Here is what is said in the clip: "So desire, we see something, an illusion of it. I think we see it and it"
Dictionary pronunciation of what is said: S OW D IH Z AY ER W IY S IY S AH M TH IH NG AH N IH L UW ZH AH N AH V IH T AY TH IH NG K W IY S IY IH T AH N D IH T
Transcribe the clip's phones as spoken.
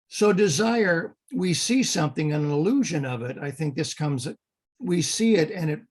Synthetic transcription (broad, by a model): S OW D IH Z AY ER W IY S IY S AH M TH IH NG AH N IH L UW ZH AH N AH V IH T AY TH IH NG K W IY S IY IH T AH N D IH T